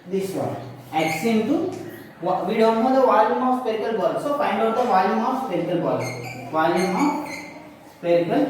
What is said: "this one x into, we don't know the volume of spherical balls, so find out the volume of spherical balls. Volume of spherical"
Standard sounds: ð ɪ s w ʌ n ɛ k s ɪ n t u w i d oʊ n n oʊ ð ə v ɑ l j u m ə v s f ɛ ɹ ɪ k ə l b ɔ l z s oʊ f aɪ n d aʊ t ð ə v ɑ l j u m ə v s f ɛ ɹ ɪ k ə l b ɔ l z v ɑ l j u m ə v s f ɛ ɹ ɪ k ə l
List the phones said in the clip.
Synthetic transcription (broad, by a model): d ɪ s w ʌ ɛ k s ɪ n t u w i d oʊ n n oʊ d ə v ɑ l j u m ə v s p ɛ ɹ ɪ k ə l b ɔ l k s oʊ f aɪ n d aʊ t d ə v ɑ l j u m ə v s p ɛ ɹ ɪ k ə l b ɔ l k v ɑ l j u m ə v s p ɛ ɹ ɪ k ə l